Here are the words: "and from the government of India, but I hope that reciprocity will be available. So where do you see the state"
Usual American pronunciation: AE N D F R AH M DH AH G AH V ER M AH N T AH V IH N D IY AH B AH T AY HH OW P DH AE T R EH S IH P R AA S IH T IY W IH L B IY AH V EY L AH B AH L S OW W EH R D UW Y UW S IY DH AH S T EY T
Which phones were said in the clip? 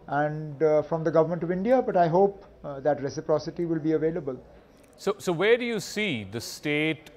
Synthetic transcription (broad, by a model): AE N D F R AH M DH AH G AH V ER M AH N T AH V IH N D IY AH B AH T AY HH OW P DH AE T R EH S IH P R AA S IH T IY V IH L B IY AH V EY L AH B AH L S OW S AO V D UW Y UW S IY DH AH S T EY T